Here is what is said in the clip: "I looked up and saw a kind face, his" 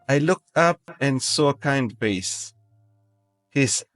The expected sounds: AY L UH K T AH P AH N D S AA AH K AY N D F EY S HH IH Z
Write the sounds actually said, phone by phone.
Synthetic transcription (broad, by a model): AY L UH K T AH P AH N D S AA AH K AY N D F EY S HH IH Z